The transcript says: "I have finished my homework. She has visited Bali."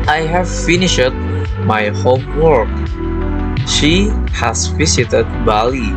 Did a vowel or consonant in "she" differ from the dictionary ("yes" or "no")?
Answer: no